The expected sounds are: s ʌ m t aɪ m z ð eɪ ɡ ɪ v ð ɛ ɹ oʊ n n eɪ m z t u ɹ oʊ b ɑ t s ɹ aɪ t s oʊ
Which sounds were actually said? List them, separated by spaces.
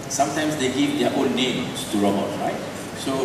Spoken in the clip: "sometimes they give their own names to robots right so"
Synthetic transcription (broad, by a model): s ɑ m t aɪ m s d eɪ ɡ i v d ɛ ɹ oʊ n n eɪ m s t u ɹ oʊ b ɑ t ɹ aɪ t s oʊ